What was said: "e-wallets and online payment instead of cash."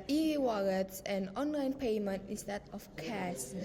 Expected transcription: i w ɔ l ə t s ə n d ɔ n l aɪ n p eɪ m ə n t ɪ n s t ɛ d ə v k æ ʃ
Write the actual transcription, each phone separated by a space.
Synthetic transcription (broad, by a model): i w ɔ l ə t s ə n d ɔ n l aɪ n p eɪ m ə n t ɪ s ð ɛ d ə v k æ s